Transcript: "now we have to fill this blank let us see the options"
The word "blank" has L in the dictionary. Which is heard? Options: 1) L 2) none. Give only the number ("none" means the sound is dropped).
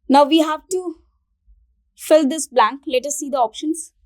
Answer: 1